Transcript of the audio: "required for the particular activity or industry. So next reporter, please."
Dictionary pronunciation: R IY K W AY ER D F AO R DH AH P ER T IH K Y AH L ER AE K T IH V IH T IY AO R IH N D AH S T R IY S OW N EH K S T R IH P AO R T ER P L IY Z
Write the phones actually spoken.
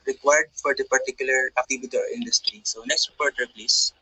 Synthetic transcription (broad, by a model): R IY K W AY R D F AO R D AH P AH T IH K Y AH L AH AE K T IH B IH T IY AO R IH N D AH S T R IY S OW N EH K S T R IH P AO R T ER P L IY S